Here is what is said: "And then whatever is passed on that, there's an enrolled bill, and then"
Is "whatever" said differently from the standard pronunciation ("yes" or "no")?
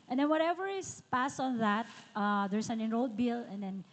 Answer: no